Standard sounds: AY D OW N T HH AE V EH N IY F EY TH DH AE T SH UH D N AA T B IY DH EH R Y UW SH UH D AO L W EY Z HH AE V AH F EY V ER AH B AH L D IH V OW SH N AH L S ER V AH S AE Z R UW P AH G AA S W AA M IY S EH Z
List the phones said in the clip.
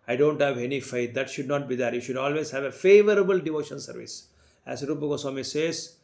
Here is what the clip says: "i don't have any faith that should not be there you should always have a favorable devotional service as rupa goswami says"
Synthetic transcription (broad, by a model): AY D OW N T HH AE V EH N IY F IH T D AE T SH UH D N AA T B IY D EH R Y UW SH UH D AO L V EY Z HH AE V AH F EY V ER AH B AH L D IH V OW SH AH N S ER V AH S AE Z R UW P AH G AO S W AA M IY S EH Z